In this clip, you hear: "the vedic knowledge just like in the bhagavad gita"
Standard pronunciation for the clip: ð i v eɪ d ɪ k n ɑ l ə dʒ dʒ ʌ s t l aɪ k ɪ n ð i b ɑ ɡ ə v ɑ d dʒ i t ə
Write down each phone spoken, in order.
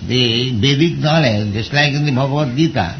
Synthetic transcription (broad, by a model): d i b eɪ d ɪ k n ɑ l ə dʒ dʒ ʌ s t l aɪ k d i b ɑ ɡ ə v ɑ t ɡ i t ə